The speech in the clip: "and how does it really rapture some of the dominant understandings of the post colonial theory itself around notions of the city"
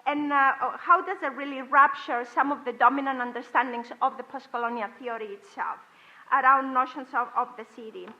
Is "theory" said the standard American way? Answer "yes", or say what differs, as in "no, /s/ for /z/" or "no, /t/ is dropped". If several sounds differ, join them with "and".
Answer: yes